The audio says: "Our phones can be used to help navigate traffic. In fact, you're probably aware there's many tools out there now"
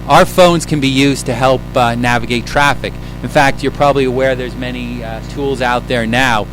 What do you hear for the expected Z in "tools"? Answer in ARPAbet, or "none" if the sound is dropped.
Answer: Z